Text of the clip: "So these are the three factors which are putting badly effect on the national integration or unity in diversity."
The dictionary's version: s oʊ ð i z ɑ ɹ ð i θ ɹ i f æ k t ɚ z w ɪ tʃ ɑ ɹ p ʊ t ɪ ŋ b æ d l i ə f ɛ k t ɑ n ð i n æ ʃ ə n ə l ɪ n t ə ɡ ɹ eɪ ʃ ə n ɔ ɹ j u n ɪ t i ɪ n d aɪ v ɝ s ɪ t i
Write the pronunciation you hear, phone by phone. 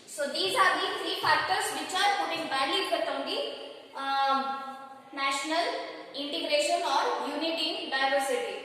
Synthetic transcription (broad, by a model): s oʊ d i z ɑ ɹ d i t ɹ i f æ k t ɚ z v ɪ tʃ ɑ ɹ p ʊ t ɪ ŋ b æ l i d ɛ t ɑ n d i n æ ʃ ə n ə l ɪ n t ə ɡ ɹ eɪ ʃ ə n ɔ ɹ j u n ɪ t i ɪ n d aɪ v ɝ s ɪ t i